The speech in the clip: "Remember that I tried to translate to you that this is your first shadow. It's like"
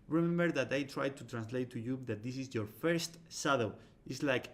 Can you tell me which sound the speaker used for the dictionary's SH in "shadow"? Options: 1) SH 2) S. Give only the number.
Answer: 2